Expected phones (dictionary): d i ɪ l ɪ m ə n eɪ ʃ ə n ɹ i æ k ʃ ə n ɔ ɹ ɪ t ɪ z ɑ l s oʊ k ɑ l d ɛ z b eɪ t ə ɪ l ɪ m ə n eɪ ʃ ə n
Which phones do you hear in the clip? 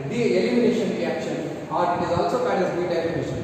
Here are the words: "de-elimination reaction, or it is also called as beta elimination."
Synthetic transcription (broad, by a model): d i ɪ l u m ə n eɪ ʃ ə n ɹ i æ k ʃ ə n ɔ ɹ ɪ t ɪ z ɑ l s oʊ k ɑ n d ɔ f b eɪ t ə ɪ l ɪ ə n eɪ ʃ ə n